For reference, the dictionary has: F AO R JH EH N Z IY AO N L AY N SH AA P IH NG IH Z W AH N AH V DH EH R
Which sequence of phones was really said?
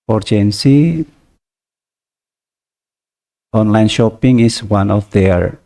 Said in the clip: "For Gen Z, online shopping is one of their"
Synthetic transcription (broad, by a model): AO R JH EH N S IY AO N L AY N SH AA P IH NG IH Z W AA N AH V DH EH R